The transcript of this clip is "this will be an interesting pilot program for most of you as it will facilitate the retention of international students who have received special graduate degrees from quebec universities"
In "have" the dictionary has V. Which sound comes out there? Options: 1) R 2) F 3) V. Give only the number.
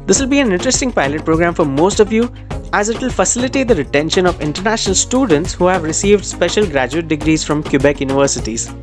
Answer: 3